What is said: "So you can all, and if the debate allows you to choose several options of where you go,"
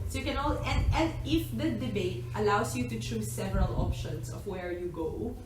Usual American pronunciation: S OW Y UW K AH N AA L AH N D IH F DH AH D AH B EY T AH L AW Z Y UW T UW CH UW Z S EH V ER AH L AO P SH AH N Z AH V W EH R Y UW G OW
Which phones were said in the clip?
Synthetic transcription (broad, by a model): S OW Y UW K AH N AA L AH N D IH F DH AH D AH B EY T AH L AW S Y UW T UW CH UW S EH V ER AH L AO P SH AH N S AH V W EH R Y UW G OW